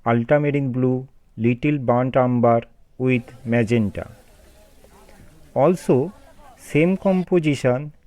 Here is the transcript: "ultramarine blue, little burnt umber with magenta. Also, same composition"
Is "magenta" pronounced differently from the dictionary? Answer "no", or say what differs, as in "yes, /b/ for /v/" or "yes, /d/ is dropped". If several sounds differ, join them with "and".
no